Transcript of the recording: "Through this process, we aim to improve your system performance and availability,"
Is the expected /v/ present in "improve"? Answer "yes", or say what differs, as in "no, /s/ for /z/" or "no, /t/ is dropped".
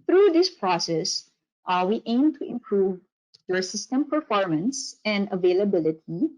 yes